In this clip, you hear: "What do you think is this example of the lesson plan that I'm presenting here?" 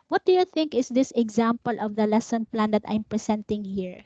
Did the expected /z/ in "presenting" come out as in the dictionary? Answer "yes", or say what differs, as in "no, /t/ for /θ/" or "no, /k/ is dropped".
no, /s/ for /z/